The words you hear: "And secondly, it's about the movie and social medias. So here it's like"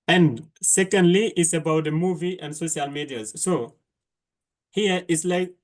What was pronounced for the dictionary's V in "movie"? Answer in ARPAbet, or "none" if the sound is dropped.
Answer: V